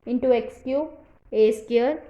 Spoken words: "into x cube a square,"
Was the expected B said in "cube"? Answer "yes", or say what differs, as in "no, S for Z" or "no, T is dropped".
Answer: no, B is dropped